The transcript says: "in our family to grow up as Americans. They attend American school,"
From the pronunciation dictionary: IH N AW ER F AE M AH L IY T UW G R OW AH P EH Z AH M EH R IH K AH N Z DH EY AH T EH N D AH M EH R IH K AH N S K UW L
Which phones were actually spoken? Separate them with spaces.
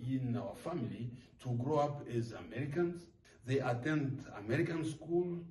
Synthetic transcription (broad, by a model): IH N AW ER F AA M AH L IY T UW G R OW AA P EH Z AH M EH R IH K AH N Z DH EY AH T EH N D AH M EH R IH K AH N S K UW L